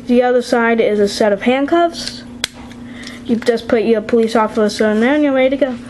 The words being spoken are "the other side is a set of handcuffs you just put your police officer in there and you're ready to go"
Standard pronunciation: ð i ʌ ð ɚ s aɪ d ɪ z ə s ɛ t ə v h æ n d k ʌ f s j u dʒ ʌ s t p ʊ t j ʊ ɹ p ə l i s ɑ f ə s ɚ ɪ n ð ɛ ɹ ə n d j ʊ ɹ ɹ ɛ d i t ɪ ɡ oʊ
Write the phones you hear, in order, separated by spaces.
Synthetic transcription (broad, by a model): ð i ʌ ð ɚ s aɪ d ɪ z ə s ɛ t ə v h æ n k ʌ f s j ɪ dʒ ʌ s p ʊ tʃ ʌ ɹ p ə l i s ɑ f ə s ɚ ɪ n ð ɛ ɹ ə n j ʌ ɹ w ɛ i t ɪ ɡ oʊ